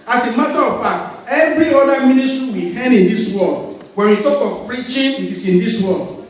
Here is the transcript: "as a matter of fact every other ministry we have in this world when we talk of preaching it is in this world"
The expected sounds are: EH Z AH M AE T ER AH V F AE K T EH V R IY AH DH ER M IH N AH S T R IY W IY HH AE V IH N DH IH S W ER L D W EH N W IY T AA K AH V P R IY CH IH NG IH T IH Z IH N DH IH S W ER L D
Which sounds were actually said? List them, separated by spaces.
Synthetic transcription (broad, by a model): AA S AH M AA T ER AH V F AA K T EH V R IY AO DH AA M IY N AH S T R IY W IY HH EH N IH N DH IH S W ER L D W EH N W IY T AA K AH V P R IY CH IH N IH T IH S IH N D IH S W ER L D